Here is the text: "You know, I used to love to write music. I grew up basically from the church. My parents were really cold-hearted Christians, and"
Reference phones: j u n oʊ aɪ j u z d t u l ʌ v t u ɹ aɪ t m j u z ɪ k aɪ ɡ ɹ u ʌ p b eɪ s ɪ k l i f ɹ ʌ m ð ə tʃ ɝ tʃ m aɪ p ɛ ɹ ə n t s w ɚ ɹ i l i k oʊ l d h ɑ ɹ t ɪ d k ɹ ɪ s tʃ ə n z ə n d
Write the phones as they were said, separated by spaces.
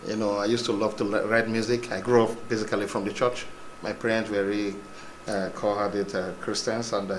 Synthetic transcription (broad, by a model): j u n oʊ aɪ j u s t u l ʌ v t u ɹ aɪ t m j u z ɪ k aɪ ɡ ɹ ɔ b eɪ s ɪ k l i f ɹ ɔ m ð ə tʃ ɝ tʃ m aɪ p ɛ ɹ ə n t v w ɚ ɹ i i k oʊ h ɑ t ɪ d k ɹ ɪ s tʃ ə n s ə n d